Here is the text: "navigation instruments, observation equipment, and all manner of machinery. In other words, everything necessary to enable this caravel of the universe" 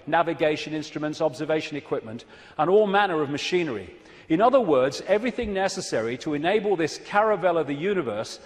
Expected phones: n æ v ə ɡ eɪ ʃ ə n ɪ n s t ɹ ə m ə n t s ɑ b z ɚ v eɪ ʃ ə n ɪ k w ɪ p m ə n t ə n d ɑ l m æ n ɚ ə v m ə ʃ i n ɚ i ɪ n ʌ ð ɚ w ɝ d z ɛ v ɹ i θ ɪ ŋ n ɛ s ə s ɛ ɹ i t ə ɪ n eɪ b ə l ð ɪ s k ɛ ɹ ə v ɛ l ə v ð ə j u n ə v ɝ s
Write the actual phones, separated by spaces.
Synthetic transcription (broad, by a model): n æ v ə ɡ eɪ ʃ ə n ɪ n s t ɹ ə m ə n t s ɑ b z ɚ v eɪ ʃ ə n ɪ k w ɪ p m ə n t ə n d ɑ l m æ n ɚ ə v m ə ʃ i n ɚ i ɪ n ʌ ð ɚ w ɝ d z ɛ v ɹ i θ ɪ ŋ n ɛ s ə s ɛ ɹ i t ə ɪ n eɪ b ə l ð ɪ s k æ ɹ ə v ɛ l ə ð ə j u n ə v ɝ s